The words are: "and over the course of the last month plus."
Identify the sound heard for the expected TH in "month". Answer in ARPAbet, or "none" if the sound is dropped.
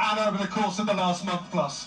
TH